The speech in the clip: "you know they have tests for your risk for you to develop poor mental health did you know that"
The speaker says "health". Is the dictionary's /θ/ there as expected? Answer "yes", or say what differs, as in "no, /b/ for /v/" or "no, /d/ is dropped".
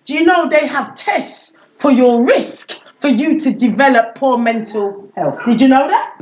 yes